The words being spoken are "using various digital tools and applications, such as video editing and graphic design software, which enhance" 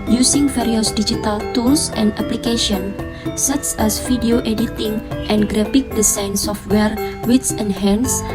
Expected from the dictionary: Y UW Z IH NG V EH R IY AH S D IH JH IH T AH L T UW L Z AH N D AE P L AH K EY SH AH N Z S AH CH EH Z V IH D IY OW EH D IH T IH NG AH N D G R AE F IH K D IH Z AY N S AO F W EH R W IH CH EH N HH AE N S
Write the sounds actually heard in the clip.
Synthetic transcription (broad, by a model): Y UW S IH NG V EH R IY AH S D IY JH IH T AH L T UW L S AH N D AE P L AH K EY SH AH N S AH CH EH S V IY D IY OW EH D IH T IH NG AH N G R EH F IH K D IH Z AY N S AO F W EH R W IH S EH N HH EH N S